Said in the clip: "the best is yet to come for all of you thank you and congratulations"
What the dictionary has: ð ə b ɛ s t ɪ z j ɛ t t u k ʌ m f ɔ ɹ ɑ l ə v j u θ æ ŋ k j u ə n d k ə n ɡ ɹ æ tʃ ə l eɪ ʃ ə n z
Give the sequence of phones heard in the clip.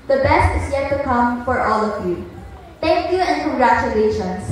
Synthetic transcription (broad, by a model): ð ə b ɛ s t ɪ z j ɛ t t u k ʌ m f ɔ ɹ ɑ l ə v j u t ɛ ŋ k j u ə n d k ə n ɡ ɹ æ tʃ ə l eɪ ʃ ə n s